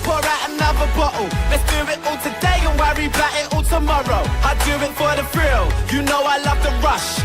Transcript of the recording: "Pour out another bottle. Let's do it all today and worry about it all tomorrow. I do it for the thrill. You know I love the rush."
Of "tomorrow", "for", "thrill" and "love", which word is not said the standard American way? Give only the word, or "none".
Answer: thrill